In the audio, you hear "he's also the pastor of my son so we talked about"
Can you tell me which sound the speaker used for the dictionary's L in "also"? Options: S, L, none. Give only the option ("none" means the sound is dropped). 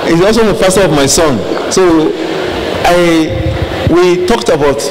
L